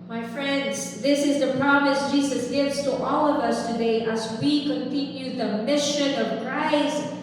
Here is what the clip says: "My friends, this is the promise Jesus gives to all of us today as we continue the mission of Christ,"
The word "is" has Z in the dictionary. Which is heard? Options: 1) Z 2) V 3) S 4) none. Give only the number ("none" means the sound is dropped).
1